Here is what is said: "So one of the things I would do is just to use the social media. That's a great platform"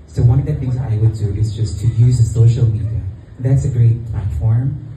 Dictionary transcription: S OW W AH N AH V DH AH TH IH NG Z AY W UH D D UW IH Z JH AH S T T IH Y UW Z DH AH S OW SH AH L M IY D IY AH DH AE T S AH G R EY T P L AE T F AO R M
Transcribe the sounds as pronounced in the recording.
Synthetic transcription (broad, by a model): S OW W AH N AH V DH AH TH IH NG Z AY W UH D D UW IH Z JH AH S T T IH Y UW Z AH S OW SH L M IY D IY AH DH AE T S AH G R EY T P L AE T F AO R M